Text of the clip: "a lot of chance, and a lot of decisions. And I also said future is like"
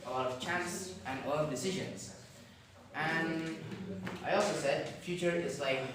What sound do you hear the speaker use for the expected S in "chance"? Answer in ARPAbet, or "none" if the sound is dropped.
S